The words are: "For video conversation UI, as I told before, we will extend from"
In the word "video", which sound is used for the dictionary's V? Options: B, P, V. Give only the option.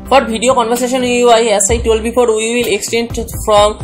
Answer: B